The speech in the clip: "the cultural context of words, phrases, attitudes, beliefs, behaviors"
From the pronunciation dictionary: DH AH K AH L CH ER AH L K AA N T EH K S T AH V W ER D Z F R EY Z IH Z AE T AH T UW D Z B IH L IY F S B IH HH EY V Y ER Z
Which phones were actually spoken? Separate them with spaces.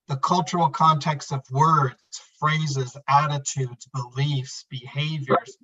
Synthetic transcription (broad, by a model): DH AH K AH L CH ER L K AA N T EH K S T AH V W ER D Z F R EY Z IH Z AE T AH T UW D Z B IH L IY F S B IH HH EY V Y ER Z